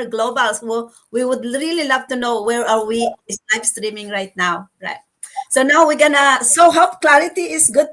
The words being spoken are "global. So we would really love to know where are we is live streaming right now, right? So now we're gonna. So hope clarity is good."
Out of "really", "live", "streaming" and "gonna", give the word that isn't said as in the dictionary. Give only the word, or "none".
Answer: live